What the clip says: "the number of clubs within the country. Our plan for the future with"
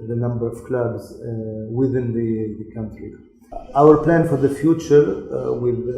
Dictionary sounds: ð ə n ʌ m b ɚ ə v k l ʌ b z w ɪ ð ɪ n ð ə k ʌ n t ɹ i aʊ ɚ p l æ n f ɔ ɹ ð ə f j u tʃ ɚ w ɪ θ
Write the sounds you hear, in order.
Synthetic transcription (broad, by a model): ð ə n ʌ m b ɚ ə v k l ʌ b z w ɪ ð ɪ n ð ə k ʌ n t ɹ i aʊ ɚ p l æ n f ɔ ɹ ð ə f j u tʃ ɚ w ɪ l